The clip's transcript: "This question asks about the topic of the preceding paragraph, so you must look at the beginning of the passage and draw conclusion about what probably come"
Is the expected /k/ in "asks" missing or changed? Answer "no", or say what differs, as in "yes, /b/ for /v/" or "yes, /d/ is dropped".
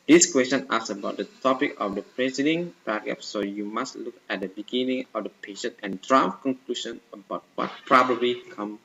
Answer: yes, /k/ is dropped